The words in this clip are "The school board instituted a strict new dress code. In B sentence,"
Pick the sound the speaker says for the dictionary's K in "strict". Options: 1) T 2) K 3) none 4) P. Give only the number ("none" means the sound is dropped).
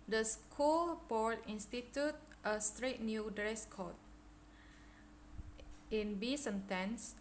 3